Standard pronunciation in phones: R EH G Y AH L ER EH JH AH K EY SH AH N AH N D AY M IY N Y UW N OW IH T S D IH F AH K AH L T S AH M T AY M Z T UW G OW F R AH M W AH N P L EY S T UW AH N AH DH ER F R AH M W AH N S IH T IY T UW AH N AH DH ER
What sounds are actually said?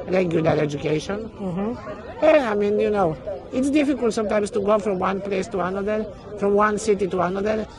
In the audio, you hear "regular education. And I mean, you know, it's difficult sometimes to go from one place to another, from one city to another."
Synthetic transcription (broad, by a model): R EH G Y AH L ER EH JH AH K EY SH AH N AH AY M IY N Y UW N OW IH T S D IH F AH K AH L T S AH M T AY M S T UW G OW F R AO M W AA N P L EY S T UW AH N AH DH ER F R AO M W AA N S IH T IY T UW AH N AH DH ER